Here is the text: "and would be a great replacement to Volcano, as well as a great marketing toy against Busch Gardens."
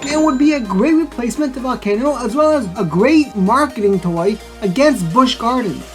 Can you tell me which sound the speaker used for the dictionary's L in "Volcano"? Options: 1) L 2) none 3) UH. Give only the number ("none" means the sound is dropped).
2